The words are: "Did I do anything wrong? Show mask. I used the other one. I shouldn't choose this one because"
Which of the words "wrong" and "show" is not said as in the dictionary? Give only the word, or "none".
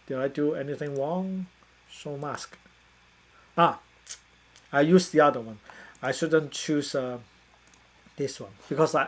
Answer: show